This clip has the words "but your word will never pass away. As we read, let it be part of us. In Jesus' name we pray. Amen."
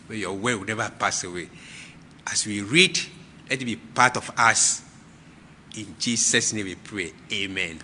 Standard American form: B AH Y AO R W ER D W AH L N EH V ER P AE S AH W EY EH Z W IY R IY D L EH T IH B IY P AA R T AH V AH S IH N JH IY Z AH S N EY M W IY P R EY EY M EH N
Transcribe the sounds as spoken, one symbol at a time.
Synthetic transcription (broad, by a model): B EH Y AO W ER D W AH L N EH V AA P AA S AH W EY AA S W IY R IY D L EH T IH B IY P AA T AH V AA S IH N JH IY S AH S N EY M W IY P R EY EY M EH N